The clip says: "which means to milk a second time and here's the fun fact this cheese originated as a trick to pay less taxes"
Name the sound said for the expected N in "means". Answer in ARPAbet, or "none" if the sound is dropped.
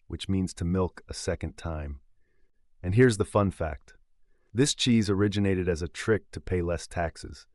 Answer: N